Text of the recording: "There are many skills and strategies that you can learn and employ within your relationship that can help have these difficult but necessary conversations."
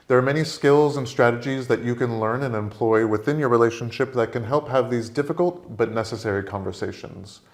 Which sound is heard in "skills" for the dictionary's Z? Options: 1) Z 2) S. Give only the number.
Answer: 1